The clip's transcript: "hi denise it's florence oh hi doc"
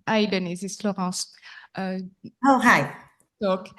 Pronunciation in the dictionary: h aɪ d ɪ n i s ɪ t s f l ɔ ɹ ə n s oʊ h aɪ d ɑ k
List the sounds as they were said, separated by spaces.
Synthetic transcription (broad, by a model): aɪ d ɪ n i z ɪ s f l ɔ ɹ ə s oʊ h aɪ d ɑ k